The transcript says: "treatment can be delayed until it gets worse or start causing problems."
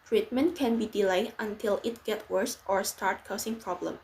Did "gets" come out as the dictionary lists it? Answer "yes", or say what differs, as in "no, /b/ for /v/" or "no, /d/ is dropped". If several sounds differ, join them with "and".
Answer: no, /s/ is dropped